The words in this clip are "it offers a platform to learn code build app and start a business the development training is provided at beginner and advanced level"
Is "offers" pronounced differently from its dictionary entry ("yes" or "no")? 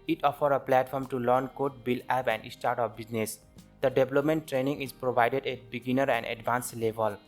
yes